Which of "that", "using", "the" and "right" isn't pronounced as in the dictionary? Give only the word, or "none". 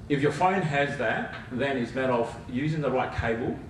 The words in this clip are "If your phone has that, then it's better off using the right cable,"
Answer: none